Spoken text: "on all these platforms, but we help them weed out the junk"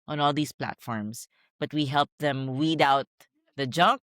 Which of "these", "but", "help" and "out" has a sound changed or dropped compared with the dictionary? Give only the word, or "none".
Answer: these